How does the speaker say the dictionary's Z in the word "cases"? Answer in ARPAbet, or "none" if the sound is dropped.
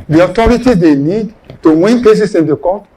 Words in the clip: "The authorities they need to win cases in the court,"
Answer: S